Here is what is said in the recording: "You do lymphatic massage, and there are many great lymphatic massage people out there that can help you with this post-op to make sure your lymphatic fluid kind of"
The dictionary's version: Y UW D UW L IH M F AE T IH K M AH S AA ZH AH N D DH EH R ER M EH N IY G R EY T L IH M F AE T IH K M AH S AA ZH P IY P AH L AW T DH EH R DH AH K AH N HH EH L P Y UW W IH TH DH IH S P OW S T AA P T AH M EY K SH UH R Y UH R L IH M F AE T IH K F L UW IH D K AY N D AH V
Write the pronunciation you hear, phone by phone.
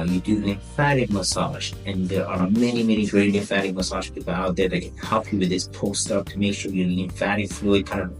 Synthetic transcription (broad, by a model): Y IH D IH N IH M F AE T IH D M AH S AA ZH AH N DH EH R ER M EH N IY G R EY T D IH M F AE T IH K M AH S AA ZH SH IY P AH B AW T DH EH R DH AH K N HH EH L P Y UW W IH DH IH S P OW S T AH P T AH M EY K SH UH R Y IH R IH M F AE T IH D F L UW IH D K AY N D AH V